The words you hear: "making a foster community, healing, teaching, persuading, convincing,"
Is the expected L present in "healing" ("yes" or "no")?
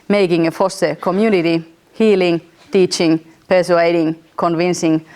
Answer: yes